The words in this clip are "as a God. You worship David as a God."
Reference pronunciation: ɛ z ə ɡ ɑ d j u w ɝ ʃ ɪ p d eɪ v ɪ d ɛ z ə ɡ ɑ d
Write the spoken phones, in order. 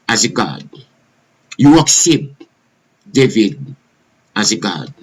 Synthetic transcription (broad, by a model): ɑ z ə ɡ ɑ d j u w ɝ s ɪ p d eɪ v ɪ d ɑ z ə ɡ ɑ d